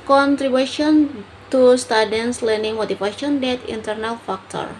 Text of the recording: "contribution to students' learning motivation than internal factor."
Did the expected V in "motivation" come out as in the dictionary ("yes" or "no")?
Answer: no